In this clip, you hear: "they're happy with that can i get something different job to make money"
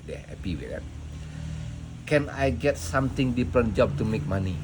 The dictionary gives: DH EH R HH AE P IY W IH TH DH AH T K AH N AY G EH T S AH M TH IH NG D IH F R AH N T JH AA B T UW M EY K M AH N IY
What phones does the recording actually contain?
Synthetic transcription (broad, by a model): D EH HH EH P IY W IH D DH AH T K AH N AY G EH T S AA M T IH NG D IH P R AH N JH AA B T UW M EY K M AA N IY